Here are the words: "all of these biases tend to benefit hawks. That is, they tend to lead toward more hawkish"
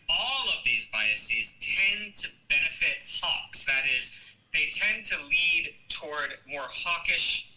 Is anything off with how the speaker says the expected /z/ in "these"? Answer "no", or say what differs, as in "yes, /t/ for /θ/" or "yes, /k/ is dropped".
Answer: no